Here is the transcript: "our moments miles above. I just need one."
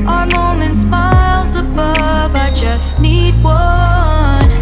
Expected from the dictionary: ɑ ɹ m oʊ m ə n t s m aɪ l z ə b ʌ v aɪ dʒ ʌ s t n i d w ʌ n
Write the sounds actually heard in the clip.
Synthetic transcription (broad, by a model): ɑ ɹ m oʊ m ə n t s m aɪ l z ə b ʌ v aɪ dʒ ʌ s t n i d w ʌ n